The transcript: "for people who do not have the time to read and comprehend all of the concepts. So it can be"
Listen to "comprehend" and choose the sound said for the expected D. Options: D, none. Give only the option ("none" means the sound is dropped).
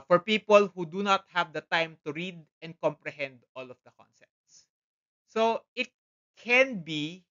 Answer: D